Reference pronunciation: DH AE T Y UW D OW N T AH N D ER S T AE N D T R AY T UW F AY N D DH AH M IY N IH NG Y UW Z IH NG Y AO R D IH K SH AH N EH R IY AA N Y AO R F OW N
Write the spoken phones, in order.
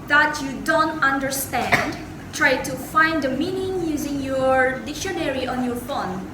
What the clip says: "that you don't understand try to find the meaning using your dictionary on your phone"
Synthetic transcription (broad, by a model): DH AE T Y UW D OW N T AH N D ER S T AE N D T R AY T UW F AY N D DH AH M IY N IH NG Y UW Z IH NG Y AO R D IH K SH AH N EH R IY AA N Y AO R F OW N